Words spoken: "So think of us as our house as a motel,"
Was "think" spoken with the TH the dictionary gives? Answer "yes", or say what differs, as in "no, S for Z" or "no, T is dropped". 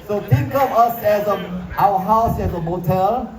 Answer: no, T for TH